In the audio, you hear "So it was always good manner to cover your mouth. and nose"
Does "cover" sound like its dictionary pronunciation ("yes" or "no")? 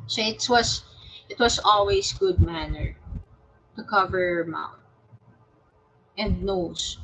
yes